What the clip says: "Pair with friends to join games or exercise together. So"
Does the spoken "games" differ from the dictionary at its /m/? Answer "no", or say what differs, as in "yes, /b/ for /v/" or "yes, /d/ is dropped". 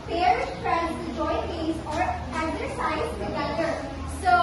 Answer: yes, /m/ is dropped